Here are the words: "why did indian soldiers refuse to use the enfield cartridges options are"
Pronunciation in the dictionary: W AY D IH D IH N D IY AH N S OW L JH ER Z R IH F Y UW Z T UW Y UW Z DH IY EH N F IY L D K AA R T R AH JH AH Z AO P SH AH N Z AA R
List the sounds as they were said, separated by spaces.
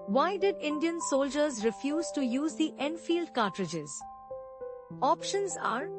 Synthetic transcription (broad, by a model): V AY D IH D IH N D IY AH N S OW L JH ER Z R IH F Y UW Z T UW Y UW Z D IY EH N F IY L D K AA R T R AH JH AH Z AO P SH AH N Z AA R